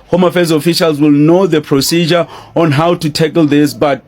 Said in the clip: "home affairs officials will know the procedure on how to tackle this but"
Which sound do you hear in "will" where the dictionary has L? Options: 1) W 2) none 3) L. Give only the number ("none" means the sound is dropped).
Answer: 3